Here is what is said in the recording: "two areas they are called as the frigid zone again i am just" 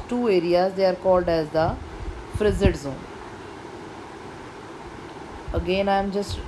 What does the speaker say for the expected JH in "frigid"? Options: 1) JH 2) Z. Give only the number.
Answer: 2